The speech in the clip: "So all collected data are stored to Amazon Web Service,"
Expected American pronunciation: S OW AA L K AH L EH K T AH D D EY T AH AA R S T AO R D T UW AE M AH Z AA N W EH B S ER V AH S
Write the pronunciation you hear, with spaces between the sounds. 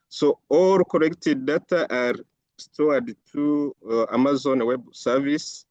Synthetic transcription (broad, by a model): S OW AA L K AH N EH K T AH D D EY T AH AA R S T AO D T UW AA M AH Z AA N W EH B S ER V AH S